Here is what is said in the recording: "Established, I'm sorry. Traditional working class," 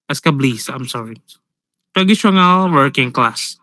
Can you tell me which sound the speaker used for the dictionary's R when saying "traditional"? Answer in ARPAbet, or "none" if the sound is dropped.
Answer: none